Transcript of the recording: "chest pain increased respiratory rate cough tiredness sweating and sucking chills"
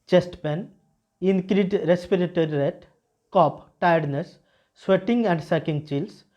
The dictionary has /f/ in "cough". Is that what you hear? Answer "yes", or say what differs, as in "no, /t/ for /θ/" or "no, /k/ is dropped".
no, /p/ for /f/